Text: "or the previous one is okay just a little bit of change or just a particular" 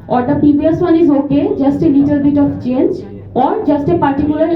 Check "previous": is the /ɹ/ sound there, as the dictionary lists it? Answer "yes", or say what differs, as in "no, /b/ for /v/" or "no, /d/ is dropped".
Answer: no, /ɹ/ is dropped